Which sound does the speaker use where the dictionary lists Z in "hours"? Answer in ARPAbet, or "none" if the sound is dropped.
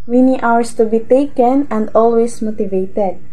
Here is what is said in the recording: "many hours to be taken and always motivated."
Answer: S